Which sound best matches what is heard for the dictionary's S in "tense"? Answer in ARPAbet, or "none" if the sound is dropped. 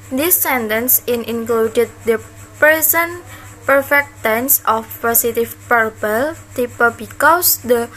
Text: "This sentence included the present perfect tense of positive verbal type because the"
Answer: S